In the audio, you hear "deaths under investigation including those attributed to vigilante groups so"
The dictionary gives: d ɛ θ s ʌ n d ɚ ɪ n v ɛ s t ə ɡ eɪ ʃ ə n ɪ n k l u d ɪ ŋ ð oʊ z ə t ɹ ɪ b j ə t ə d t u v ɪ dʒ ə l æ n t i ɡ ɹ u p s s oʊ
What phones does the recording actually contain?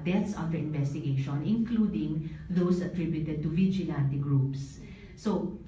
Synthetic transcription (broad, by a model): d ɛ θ s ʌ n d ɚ ɪ n v ɛ s t ə ɡ eɪ ʃ ə n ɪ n k l u d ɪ ŋ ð oʊ s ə t ɹ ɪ b j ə t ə d t u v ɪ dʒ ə l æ n t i ɡ ɹ u p s s oʊ